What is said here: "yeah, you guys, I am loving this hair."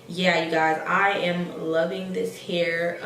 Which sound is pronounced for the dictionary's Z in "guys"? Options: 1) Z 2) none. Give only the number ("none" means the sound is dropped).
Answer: 1